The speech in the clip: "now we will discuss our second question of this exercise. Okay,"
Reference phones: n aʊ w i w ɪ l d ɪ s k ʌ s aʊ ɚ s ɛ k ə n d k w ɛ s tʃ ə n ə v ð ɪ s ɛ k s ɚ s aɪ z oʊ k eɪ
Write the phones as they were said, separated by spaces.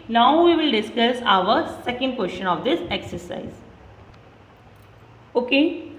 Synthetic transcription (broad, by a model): n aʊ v i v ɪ l d ɪ s k ʌ s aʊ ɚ s ɛ k ə n d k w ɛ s ʃ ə n ə v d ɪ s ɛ k s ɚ s aɪ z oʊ k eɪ